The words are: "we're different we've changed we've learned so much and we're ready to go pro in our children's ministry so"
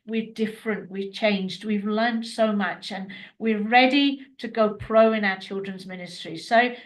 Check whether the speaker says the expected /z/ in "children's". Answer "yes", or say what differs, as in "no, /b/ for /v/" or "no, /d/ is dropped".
yes